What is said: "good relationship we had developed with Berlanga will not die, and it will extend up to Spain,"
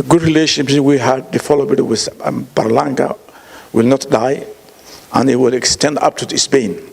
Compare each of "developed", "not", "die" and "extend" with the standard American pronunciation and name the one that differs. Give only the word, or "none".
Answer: developed